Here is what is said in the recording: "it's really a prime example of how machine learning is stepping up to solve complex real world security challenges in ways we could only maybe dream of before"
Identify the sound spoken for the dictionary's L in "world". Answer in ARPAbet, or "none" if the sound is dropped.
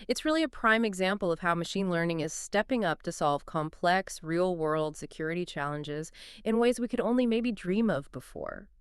L